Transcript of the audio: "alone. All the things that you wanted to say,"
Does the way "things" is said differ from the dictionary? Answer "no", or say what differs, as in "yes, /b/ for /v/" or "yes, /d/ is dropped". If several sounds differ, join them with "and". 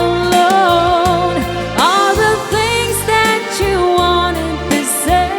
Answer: no